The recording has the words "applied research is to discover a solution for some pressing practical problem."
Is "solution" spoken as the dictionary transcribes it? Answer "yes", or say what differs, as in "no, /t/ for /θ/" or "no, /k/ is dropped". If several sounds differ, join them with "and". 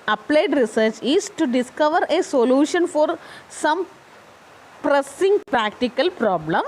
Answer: yes